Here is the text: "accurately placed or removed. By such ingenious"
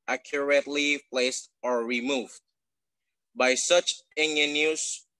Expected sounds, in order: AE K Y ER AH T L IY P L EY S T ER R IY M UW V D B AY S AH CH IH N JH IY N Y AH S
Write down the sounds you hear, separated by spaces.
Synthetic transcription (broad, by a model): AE K Y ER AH T L IY P L EY S T ER R IY M UW V D B AY S AH CH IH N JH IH N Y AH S